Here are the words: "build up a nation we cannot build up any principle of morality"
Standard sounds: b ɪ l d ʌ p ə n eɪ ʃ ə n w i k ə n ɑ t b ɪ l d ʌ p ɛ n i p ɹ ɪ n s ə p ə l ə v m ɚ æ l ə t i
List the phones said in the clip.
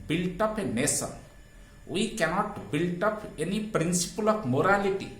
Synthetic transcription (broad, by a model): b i l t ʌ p ə n eɪ s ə n w i k ə n ɑ t b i l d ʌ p ɛ n i p ɹ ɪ n s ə p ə l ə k m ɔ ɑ l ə t i